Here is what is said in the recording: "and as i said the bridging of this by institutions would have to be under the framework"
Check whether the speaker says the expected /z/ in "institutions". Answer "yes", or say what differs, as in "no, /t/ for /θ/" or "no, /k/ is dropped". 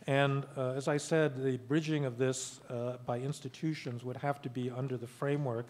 yes